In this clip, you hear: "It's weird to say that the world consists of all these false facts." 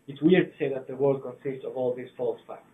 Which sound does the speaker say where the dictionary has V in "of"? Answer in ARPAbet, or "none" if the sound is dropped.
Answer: V